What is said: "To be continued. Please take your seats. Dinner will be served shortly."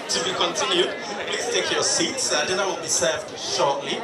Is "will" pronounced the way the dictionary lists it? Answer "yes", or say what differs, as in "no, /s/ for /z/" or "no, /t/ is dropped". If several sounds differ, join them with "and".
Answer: no, /n/ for /l/